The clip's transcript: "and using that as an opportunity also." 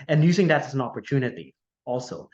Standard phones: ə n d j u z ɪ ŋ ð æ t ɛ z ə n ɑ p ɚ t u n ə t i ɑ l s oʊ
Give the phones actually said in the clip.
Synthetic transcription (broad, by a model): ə n j u z ɪ ŋ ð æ t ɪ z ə n ɑ p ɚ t u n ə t i ɑ l s oʊ